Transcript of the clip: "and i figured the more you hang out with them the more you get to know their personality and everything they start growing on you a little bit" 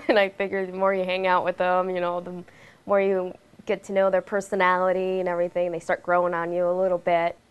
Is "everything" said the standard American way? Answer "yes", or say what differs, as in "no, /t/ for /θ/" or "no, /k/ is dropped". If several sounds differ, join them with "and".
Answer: yes